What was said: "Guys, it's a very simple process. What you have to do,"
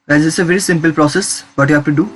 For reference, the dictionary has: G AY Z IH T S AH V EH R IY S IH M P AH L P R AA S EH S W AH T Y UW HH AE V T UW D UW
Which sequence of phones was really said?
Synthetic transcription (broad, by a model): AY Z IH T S AH V EH R IY S IH M P AH L P R AA S EH S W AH T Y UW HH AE F T UW D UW